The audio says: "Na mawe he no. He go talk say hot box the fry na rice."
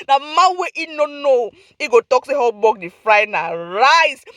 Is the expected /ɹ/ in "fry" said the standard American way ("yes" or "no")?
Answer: yes